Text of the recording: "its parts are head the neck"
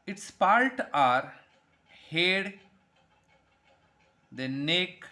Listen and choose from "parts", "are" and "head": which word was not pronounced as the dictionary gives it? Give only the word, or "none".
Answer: parts